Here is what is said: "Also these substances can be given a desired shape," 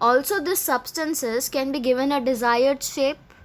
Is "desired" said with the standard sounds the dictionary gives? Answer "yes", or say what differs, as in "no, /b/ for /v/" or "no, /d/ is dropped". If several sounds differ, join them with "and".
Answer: yes